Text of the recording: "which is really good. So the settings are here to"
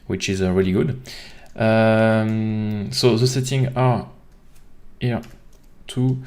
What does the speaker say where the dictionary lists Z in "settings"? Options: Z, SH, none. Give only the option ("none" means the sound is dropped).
none